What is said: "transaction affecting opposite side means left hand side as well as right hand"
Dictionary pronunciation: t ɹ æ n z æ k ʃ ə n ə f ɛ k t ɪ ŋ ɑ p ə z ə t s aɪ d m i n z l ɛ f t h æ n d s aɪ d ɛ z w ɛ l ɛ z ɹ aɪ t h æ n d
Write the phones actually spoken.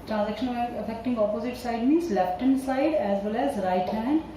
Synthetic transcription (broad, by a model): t ɹ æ n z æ k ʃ ə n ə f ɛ k t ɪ ŋ ɑ p ə z ə t s aɪ d m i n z l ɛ p t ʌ n s aɪ d ɛ z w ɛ l ɛ z ɹ aɪ t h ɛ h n